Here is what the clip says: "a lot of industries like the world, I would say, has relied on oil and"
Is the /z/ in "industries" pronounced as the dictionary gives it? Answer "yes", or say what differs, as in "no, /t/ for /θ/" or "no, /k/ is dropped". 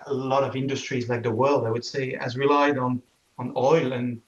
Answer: yes